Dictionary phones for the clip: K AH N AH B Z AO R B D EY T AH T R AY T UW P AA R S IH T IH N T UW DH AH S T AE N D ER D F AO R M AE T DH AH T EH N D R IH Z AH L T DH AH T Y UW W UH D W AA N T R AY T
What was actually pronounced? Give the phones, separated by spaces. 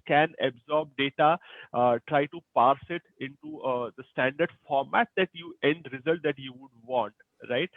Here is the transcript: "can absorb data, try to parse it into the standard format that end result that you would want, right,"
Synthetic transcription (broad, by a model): K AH N AH B Z AO R B D EY T AH T R AY T UW P AA R S IH T IH N T UW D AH S T AE N D ER D F AO R M AE T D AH T EH N D R IH Z AH L T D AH T Y UW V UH D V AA N T R AY T